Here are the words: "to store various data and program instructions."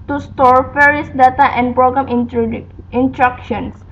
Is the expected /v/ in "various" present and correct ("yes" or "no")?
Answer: no